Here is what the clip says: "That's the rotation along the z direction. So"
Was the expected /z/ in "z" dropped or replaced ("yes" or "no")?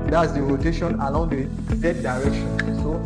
yes